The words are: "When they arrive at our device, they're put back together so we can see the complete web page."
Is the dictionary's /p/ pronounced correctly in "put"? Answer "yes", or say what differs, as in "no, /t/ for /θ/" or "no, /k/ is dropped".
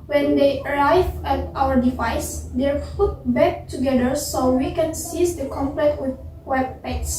no, /f/ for /p/